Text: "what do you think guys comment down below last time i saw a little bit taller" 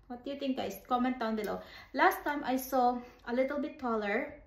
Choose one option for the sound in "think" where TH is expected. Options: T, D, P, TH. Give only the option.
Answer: T